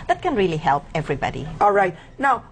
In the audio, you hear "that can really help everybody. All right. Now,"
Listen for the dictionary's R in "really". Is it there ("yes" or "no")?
yes